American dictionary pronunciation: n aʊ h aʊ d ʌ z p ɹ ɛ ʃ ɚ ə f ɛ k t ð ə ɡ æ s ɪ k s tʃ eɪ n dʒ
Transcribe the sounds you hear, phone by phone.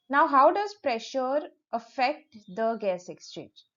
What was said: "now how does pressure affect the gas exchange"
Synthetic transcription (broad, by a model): n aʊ h aʊ d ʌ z p ɹ ɛ ʃ ɚ ə f ɛ k t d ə ɡ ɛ s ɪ k s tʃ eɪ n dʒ